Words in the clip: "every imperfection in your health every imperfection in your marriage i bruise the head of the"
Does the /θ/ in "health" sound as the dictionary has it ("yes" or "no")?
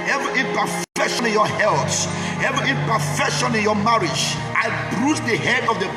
no